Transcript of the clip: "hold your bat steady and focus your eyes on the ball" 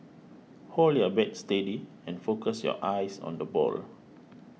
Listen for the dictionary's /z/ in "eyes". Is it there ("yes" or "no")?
no